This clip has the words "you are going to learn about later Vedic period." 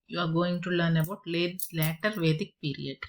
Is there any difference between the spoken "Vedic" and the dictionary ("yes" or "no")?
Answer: no